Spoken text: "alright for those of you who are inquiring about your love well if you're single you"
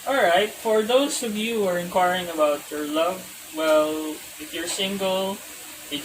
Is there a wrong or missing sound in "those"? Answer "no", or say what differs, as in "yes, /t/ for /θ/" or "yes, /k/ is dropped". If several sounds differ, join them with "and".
yes, /s/ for /z/